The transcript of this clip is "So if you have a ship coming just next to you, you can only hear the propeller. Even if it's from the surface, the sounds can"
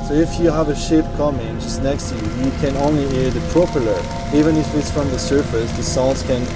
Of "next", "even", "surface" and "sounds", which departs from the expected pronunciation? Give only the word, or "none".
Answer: sounds